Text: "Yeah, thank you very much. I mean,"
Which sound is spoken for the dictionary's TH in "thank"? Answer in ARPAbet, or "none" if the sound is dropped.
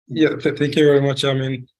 TH